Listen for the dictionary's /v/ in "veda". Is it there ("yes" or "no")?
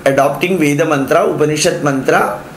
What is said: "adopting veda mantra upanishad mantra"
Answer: yes